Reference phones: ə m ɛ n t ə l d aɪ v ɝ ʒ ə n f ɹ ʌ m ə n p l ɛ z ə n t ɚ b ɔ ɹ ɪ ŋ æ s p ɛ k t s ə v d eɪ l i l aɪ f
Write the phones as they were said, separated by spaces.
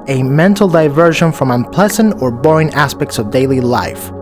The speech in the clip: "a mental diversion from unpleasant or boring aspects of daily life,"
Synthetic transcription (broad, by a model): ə m ɛ n t l d aɪ v ɝ ʒ ə n f ɹ ʌ m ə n p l ɛ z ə n t ɚ b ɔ ɹ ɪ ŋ æ s p ɛ k t s ə v d eɪ l i l aɪ f